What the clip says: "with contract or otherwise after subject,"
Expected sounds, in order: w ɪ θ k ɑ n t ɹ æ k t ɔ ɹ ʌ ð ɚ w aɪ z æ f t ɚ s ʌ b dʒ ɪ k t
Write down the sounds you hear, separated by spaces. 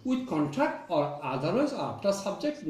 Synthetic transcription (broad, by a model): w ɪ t k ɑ n t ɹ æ k t ɔ ɹ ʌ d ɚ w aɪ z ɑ p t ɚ s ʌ b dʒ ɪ k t